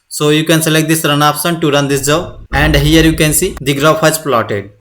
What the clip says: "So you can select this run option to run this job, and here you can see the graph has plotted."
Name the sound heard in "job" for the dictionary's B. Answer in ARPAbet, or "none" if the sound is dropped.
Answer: none